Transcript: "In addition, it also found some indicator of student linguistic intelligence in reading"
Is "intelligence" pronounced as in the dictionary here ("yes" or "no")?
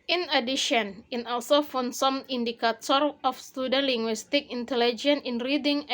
no